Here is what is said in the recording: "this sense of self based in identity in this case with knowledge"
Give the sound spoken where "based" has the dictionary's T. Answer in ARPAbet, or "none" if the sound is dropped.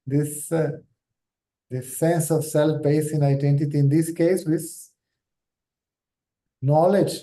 none